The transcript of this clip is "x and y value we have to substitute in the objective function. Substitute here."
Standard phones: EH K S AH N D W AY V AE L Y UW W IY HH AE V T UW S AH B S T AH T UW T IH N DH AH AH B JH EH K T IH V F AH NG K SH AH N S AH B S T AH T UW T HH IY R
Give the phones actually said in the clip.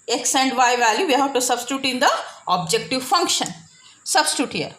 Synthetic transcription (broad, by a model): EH K S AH N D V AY V AE L Y UW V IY HH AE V T UW S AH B S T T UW T IH N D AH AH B JH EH K T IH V F AH NG K SH AH N S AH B S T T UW T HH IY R